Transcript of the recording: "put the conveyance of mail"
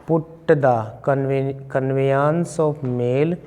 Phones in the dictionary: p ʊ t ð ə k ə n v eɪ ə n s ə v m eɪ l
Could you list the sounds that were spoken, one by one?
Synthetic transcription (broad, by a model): p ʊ t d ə k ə n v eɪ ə n s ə p m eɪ l